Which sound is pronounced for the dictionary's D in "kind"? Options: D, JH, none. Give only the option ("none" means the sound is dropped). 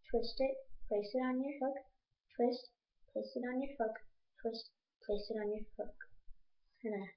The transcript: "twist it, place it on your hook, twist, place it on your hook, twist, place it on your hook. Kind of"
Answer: none